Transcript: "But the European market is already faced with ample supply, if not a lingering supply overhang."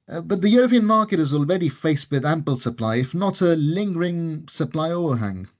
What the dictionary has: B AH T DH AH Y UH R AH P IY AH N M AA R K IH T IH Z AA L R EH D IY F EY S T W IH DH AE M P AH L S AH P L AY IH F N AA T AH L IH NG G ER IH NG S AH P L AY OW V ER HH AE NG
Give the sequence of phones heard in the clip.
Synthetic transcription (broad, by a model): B AH T DH AH Y UH R AH P IY AH N M AA R K IH T IH Z AA L R EH D IY F EY S T W IH DH AE M P AH L S AH P L AY IH F N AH T AH L IH NG G ER IH NG S AH P L AY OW V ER HH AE NG